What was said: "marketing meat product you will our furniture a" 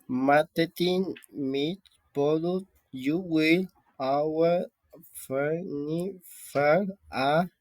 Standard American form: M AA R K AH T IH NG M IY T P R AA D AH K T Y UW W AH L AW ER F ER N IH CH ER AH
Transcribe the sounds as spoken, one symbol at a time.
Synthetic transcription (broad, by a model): M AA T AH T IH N M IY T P AA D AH T Y UW W AH L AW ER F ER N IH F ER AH